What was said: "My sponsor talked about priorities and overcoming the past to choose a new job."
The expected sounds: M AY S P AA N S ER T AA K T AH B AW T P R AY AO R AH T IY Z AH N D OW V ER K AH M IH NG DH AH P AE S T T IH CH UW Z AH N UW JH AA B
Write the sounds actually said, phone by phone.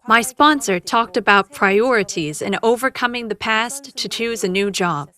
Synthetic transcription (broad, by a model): M AY S P AA N S ER T AA K T AH B AW T P R AY AO R AH T IY Z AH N OW V ER K AH M IH NG DH AH P AE S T T IH CH UW Z AH N UW JH AA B